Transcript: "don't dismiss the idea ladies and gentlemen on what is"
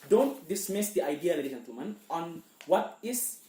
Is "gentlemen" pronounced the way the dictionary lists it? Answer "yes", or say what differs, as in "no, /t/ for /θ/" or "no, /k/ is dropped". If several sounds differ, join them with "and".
no, /l/ is dropped